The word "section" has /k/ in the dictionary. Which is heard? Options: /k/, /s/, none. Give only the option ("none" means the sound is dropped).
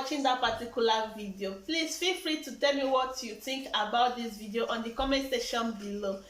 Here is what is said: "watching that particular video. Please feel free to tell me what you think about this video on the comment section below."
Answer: none